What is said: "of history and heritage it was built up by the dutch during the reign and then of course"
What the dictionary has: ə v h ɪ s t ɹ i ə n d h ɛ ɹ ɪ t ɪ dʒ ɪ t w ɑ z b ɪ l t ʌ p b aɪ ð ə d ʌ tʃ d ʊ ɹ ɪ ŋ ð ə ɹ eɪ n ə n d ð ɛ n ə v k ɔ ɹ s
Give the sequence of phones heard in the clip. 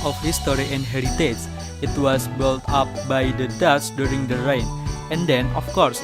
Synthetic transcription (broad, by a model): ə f h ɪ s t ɹ i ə n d h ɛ ɹ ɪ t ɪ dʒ ɪ t w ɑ s b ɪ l t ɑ p b aɪ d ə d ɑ s d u ɹ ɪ ŋ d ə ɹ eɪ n ə n d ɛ n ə f k ɔ ɹ s